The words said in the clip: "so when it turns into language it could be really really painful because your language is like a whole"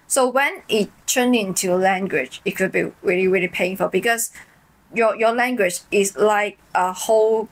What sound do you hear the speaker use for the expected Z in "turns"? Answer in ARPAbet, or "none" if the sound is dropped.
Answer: none